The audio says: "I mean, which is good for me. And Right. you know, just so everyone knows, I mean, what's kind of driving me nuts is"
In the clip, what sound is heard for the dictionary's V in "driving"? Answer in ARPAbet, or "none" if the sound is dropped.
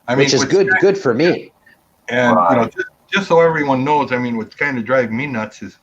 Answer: none